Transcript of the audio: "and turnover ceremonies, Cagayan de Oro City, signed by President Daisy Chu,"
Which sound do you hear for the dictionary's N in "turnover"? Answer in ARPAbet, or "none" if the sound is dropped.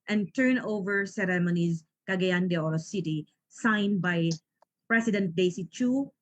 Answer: N